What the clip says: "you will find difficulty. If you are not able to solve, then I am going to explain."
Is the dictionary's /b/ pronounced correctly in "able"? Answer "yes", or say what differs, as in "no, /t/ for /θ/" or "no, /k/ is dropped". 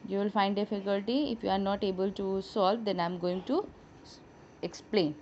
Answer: yes